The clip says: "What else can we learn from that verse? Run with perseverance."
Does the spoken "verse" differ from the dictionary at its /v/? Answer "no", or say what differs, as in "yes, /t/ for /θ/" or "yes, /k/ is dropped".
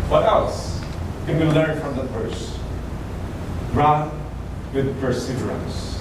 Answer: yes, /f/ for /v/